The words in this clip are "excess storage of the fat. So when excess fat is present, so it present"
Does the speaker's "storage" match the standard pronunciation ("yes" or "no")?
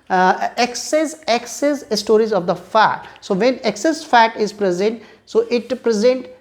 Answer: no